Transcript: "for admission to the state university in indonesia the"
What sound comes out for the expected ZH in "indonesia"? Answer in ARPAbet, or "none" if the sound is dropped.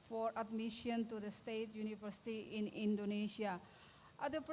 S